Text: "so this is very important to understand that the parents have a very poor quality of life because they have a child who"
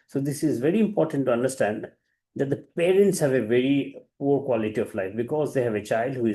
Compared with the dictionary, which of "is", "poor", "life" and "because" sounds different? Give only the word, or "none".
none